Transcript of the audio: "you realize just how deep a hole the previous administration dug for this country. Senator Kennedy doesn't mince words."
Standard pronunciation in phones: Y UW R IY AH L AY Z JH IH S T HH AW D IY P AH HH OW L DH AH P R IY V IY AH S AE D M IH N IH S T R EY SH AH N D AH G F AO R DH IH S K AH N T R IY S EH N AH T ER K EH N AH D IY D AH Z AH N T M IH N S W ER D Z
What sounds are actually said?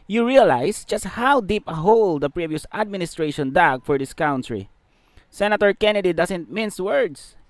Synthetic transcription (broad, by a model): Y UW R IY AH L AY S JH IH S T HH AW D IY P AH HH OW L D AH P R IY V IY AH S AE D M IH N IH S T R EY SH AH N D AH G F AO R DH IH S K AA N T R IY S EH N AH T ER K EH N AH D IY D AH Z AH N T M IH N S W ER D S